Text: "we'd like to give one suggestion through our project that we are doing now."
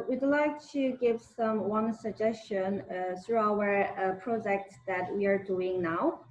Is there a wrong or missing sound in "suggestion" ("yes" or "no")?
no